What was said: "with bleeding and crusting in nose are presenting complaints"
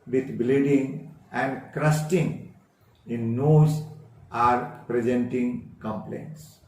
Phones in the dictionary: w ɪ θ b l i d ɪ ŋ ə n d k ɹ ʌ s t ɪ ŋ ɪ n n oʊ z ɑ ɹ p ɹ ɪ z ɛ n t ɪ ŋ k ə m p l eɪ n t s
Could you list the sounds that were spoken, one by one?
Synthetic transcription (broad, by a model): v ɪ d b l i d ɪ ŋ ə n d k ɹ ʌ s t ɪ ŋ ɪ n n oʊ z ɑ ɹ p ɹ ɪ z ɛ n t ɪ ŋ k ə m p l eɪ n t s